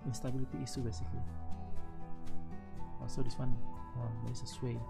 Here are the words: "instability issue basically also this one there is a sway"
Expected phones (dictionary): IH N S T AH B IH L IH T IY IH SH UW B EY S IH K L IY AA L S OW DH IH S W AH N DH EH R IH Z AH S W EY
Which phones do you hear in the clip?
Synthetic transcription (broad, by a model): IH N S T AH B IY L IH T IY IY S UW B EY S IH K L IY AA S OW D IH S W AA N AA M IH S AH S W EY